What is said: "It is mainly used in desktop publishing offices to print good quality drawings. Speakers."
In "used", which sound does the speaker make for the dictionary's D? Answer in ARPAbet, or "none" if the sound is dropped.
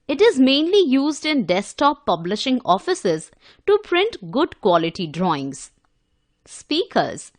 D